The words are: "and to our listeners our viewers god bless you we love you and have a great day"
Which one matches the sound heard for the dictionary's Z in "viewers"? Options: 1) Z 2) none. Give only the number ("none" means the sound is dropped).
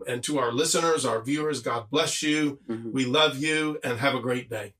1